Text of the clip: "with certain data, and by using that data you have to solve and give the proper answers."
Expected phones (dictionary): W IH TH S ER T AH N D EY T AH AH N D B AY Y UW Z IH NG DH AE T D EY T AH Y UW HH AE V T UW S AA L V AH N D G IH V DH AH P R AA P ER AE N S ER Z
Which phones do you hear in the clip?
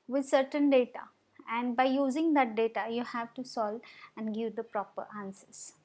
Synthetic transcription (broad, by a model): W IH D S ER T AH N D EY T AH AH N D B AY Y UW Z IH NG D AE T D EY T AH Y UW HH AE V T UW S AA L AH N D G IH V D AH P R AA P ER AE N S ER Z